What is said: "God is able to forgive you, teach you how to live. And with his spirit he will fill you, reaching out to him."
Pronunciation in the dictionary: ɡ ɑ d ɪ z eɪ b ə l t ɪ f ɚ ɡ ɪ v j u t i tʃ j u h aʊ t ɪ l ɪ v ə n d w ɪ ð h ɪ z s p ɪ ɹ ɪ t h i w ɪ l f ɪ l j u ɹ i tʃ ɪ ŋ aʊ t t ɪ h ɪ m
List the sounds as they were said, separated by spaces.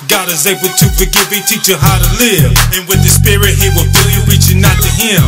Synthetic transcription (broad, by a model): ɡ ɑ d ɪ z eɪ b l t ɪ f ɚ ɡ ɪ v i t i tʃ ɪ h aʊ t ɪ l ɪ v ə n w ɪ ð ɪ s p ɪ ɹ ɪ t h i w ɪ l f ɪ l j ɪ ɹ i tʃ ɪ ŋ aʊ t t ɪ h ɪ m